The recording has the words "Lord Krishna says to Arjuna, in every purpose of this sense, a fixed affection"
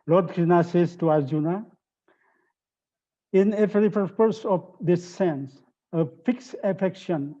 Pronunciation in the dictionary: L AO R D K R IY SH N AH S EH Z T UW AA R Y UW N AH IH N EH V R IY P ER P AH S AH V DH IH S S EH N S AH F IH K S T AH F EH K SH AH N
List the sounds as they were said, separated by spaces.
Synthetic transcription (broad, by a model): L AO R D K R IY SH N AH S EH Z T UW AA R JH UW N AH IH N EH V R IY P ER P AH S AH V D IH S S EH N S AH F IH K S AH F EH K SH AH N